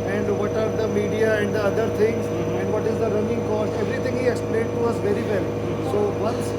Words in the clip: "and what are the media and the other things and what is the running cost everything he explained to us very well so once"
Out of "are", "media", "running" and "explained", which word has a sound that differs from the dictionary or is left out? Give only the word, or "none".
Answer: explained